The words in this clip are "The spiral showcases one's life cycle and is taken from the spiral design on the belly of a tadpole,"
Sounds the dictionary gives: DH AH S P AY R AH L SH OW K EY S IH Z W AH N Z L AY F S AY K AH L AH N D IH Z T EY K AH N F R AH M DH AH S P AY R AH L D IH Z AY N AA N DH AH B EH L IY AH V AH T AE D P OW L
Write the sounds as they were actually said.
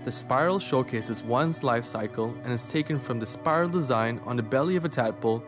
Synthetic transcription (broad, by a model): DH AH S P AY R L SH OW K EY S IH Z W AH N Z L AY F S AY K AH L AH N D IH Z T EY K AH N F R AH M DH AH S P AY R L D IH Z AY N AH N DH AH B EH L IY AH V AH T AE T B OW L